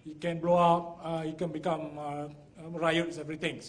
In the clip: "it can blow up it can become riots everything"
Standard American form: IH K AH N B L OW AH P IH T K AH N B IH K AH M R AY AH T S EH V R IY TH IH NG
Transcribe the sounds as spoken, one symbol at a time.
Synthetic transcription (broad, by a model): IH K AH N B L OW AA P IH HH K AH N B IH K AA M R AY AH T S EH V R IY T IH NG